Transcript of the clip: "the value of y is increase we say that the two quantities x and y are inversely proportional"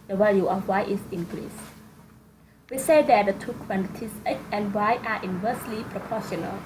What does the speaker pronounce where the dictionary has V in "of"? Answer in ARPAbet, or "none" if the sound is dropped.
F